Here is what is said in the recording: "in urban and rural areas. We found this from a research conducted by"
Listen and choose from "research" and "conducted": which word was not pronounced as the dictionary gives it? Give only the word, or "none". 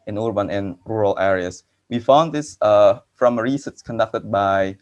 research